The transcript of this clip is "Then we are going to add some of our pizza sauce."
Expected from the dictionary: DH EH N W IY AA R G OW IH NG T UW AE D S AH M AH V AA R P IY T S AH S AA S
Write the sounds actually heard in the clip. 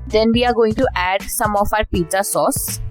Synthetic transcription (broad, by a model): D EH N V IY AA R G OW IH NG T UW AE D S AH M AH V AA R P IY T AH S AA S